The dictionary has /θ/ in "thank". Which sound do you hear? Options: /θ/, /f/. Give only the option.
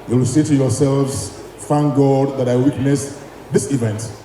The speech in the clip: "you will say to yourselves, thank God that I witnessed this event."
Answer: /f/